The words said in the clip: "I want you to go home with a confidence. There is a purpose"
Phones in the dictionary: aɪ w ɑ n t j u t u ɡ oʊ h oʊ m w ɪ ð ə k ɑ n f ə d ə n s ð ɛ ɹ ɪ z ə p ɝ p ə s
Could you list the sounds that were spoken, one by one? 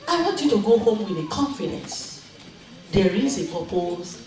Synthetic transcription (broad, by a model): aɪ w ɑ t j u t u ɡ oʊ h oʊ m w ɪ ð ə k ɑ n f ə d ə n s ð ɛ ɹ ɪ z ə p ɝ p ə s